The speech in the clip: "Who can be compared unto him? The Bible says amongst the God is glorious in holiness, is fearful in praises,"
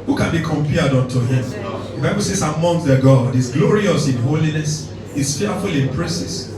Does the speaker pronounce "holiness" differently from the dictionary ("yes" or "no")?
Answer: no